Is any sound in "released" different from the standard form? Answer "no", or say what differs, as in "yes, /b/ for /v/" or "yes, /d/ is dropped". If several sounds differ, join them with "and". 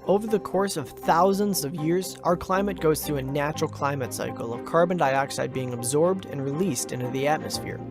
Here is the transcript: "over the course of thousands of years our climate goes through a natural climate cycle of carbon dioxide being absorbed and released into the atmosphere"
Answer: no